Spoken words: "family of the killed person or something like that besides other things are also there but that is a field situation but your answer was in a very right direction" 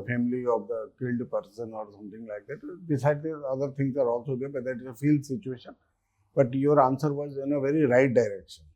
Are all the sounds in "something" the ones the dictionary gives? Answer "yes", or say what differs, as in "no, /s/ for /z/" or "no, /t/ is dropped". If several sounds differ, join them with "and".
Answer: no, /t/ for /θ/